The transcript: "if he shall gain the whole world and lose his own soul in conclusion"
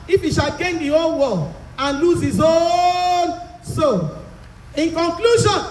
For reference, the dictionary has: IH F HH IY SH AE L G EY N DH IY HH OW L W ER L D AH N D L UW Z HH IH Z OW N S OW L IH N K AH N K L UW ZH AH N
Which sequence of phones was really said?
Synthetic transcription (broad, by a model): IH F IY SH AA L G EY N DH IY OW N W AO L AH N L UW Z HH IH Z OW N S OW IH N K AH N K L UW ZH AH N